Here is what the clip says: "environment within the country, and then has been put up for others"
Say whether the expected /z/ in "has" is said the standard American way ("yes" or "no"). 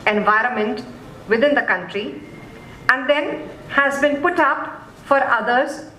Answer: yes